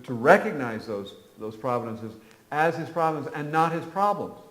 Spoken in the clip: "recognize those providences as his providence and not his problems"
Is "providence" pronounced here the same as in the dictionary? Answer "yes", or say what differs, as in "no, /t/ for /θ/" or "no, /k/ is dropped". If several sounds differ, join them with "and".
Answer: no, /s/ is dropped